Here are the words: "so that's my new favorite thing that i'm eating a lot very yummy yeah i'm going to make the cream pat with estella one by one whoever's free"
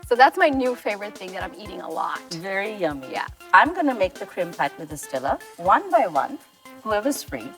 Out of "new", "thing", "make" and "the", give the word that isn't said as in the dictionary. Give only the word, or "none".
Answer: none